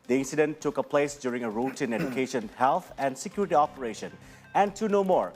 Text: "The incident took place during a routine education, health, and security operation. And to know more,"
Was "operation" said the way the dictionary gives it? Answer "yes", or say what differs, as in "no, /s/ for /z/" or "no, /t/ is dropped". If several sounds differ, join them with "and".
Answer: yes